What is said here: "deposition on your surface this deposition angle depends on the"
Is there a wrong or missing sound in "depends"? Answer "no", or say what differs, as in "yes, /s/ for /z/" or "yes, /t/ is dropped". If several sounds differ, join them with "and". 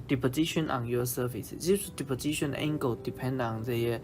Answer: yes, /z/ is dropped